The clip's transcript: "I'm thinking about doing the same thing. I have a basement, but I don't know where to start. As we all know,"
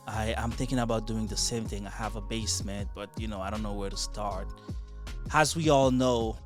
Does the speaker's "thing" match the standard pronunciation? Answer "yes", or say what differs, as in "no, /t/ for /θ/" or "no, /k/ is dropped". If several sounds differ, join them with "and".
yes